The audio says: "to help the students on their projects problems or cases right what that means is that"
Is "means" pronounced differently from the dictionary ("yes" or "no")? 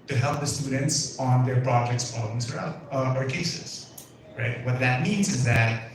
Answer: no